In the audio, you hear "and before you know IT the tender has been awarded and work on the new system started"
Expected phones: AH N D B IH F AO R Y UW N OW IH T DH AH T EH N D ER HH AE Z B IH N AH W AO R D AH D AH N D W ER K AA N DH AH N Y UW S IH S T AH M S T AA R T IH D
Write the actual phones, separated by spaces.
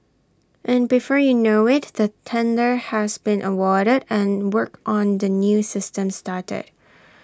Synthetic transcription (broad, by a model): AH N B IH F AO R Y UW N OW IH T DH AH T EH N D ER HH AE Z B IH N AH W AO R D AH D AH N W ER K AA N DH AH N Y UW S IH S T AH M S T AA R T IH D